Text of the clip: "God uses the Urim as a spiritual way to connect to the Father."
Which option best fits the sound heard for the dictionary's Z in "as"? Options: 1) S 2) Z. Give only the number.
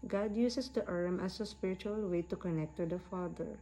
1